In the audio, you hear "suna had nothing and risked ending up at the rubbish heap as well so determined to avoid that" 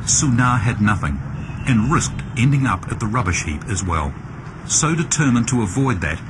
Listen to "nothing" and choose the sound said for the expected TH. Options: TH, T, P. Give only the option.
TH